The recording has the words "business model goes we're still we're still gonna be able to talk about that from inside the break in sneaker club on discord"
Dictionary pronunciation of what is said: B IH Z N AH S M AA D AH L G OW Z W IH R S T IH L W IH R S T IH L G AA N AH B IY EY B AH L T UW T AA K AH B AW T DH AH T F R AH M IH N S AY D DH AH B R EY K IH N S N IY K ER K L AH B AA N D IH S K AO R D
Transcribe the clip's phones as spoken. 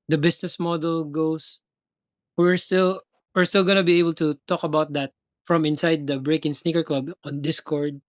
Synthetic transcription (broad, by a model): B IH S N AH S M AA D AH L G OW S W IH R S T IH L W IH R S T IH L G AA N AH B IY EY B AH L T UW T AA K AH B AW T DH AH T F R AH M IH N S AY D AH B R EY K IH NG S N IY K ER K L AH B AA N D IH S K AO R D